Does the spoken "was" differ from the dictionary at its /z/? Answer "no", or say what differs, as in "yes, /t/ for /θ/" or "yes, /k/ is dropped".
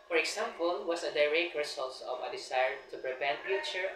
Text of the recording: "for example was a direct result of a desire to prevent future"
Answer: yes, /s/ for /z/